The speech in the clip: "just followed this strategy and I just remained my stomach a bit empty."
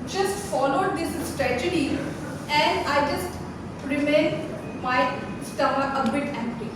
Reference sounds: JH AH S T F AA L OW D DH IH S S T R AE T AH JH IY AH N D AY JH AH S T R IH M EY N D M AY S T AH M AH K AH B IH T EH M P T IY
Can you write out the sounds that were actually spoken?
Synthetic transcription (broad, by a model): JH AH S T F AA L OW D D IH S S T R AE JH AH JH IY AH N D AY JH AH S T R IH M EY N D M AY S T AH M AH AH B IH T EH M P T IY